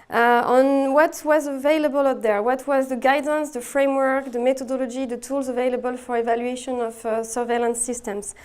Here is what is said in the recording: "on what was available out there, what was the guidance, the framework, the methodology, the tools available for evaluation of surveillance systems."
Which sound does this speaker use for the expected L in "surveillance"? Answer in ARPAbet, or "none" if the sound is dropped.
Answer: L